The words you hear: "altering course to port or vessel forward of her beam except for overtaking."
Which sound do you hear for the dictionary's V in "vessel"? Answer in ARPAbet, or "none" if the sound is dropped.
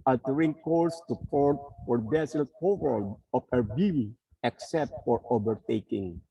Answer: B